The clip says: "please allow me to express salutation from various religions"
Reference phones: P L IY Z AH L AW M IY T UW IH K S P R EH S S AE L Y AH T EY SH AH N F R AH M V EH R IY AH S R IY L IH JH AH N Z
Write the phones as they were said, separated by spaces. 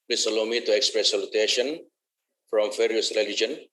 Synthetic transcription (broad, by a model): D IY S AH L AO M IY T UW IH K S P R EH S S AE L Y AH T EY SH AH N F R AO M F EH R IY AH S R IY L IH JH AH N